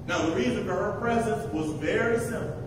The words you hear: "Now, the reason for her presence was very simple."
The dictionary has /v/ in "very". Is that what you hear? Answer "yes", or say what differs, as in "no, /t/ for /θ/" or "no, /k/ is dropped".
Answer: yes